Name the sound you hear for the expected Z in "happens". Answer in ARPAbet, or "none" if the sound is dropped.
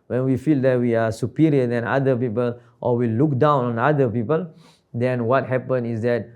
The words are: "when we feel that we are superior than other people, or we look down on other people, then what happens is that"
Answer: none